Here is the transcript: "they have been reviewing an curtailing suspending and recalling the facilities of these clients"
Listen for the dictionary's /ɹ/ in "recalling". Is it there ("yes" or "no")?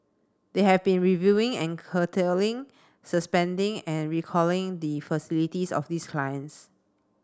yes